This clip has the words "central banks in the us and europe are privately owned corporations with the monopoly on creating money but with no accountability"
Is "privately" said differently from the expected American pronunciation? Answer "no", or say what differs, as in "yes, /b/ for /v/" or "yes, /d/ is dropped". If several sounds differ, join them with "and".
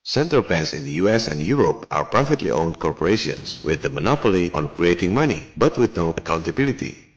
yes, /f/ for /v/